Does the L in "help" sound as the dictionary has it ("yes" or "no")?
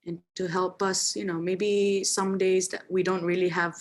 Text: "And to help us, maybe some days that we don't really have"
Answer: yes